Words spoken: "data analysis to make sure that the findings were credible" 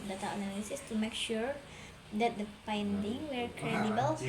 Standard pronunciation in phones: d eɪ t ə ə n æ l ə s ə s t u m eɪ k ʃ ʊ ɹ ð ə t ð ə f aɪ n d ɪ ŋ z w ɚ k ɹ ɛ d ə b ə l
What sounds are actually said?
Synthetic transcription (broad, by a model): d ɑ t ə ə n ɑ l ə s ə s t u m eɪ k ʃ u ɹ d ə t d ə p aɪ n d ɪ ŋ w ɚ k ɹ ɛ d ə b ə l